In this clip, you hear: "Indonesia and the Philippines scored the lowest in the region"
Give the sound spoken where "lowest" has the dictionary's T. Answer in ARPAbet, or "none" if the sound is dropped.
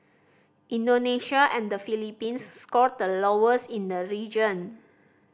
none